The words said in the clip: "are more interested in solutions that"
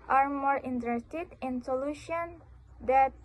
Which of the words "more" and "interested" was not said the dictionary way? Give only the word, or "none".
none